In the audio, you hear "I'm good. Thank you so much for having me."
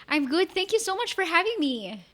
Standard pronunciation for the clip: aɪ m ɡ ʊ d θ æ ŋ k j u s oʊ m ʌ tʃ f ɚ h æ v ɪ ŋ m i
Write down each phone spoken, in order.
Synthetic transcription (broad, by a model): aɪ m ɡ ʊ d θ æ ŋ k j u s oʊ m ʌ tʃ f ɚ h æ v ɪ ŋ m i